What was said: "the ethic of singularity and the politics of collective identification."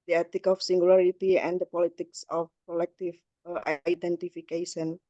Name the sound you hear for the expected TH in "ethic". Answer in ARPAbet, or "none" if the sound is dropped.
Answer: T